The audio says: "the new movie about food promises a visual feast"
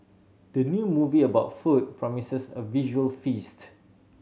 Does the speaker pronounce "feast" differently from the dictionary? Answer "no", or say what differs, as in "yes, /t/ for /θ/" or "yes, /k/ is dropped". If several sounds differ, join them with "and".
no